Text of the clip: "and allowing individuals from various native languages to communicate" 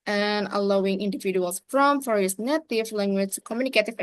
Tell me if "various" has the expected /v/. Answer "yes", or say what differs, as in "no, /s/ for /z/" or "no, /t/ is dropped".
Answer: no, /f/ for /v/